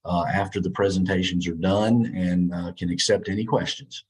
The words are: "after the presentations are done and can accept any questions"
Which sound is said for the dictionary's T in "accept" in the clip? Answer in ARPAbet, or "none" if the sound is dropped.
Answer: T